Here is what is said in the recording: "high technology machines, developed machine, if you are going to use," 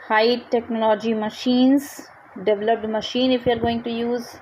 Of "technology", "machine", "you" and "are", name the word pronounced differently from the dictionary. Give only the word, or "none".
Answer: none